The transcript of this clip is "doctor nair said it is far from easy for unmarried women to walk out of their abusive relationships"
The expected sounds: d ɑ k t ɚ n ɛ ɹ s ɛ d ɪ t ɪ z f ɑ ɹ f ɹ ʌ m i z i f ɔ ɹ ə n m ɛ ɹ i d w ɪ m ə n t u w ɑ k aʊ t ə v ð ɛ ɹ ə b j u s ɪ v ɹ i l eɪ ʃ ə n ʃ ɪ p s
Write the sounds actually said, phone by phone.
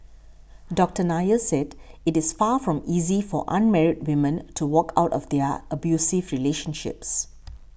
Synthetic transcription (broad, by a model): d ɑ k t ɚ n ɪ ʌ s ɛ d ɪ t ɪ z f ɑ f ɹ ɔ m i z i f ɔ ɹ ə n m ɛ ɹ i d w ɪ m ə n t u w ɑ k aʊ t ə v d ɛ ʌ ə b j u s ɪ v ɹ i l eɪ ʃ ə n ʃ ɪ p s